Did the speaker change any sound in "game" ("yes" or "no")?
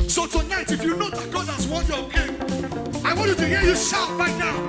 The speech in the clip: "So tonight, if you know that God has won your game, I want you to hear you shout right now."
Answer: yes